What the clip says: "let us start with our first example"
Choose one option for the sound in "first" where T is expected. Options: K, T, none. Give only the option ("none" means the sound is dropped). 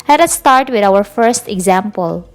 T